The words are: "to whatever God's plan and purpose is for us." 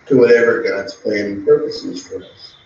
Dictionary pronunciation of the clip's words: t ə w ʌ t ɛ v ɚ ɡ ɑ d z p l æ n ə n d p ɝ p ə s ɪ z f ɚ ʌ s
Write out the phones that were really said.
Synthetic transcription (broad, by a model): t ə w ʌ t ɛ v ɚ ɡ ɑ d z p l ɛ ə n p ɝ p ə s ɪ z f ɚ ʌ s